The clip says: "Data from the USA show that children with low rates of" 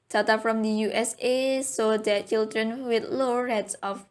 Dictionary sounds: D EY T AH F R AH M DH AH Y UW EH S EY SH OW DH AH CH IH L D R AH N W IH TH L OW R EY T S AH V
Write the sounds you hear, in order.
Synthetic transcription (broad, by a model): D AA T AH F R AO M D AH Y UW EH S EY S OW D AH CH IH L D R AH N W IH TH L OW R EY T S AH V